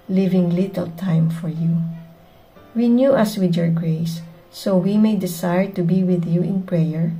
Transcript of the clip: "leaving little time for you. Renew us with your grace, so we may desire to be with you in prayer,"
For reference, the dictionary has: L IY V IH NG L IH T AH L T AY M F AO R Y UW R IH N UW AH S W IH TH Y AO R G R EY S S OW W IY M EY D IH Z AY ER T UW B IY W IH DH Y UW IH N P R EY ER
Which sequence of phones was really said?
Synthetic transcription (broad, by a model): L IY V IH NG L IH T AH L T AY M F AO R Y UW W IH N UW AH S W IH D Y AO R G R EY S S OW W IY M EY D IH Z AY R T UW B IY W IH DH Y UW IH N P R EY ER